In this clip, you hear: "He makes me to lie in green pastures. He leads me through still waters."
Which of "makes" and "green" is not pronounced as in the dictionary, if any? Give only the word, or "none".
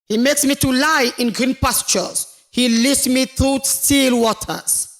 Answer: none